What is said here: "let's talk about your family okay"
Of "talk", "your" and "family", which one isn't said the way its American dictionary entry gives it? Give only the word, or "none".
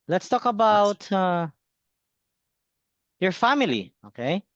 none